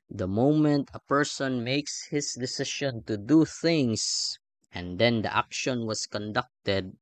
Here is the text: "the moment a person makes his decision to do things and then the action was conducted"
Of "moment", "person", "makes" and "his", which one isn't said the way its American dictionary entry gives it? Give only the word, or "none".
his